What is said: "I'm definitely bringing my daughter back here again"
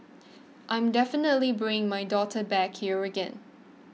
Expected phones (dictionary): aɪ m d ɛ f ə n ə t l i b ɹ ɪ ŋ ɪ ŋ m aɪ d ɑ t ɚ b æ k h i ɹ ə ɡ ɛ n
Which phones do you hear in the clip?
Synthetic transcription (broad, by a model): aɪ m d ɛ f ə n ə t l i b ɹ ɪ ŋ ɪ ŋ m aɪ d ɑ t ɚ b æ k h i ɹ ə ɡ ɛ n